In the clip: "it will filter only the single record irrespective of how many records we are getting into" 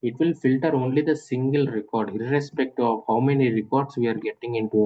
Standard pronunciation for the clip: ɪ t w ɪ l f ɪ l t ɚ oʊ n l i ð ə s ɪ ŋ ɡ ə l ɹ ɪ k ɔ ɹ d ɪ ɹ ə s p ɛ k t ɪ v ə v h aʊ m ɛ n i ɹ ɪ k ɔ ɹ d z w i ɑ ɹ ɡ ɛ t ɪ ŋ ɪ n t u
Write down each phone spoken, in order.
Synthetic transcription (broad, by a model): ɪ t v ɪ l f ɪ l t ɚ oʊ n l i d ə s ɪ ŋ ɡ ə l ɹ ɪ k ɔ ɹ d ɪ ɹ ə s p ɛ k t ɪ ə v h aʊ m ɛ n i ɹ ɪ k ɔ ɹ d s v i ɑ ɹ ɡ ɛ t ɪ ŋ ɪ n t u